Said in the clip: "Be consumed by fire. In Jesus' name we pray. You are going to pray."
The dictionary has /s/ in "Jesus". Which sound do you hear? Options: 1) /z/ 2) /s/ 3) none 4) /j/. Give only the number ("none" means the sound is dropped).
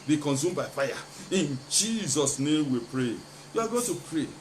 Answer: 2